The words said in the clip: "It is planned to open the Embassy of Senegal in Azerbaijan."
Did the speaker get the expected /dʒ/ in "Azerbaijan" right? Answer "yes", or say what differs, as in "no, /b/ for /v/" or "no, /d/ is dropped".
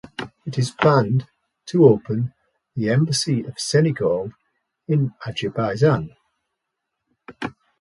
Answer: no, /z/ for /dʒ/